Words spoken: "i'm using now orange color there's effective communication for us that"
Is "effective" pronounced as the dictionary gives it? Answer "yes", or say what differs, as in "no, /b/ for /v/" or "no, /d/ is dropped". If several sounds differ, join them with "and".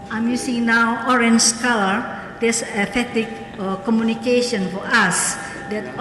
no, /k/ is dropped